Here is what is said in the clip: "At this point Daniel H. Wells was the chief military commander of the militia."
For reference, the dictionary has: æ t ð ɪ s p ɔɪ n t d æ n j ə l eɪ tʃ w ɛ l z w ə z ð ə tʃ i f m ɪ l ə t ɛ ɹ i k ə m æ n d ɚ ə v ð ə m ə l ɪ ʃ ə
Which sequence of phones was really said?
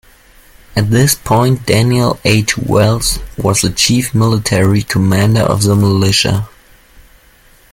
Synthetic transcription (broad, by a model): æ t ð ɪ s p ɔɪ n t d æ n j ə l eɪ tʃ w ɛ l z w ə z ð ə tʃ i f m ɪ l ə t ɛ ɹ i k ə m æ n d ɚ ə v ð ə m ə l ɪ ʃ ə